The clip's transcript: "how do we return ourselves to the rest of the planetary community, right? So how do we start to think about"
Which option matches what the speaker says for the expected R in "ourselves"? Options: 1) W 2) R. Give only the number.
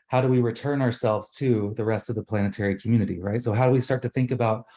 2